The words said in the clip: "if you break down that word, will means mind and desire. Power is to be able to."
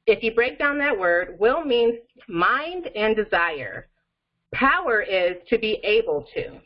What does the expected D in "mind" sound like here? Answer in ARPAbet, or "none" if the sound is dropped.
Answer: D